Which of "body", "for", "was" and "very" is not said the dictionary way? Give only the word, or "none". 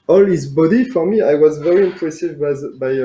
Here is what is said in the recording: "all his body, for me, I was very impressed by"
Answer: none